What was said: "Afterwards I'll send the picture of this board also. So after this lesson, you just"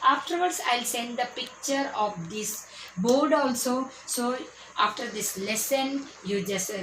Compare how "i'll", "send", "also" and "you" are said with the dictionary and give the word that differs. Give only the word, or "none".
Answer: none